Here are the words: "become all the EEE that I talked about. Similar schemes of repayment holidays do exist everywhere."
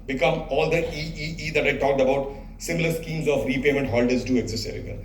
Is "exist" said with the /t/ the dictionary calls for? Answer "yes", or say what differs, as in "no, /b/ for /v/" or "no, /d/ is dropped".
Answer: no, /t/ is dropped